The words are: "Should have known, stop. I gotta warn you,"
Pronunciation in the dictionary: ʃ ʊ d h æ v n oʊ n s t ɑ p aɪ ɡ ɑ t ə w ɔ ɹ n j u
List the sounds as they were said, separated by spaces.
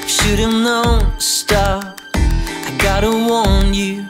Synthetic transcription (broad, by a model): ʃ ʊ d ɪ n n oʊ s t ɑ aɪ ɡ ɑ t ə w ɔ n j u